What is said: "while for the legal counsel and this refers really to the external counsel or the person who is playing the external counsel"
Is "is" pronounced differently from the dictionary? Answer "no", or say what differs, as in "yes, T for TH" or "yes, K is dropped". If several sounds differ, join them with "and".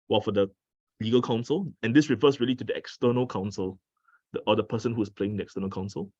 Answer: yes, S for Z